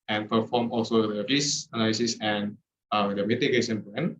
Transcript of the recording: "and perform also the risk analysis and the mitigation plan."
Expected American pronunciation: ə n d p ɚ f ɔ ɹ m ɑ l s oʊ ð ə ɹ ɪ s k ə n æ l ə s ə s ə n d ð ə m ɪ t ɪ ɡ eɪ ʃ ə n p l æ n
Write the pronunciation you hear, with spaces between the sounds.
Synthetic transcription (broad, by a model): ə n p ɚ f ɔ m ɑ l s oʊ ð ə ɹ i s ə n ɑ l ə s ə s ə n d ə m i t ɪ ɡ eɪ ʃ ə n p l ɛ n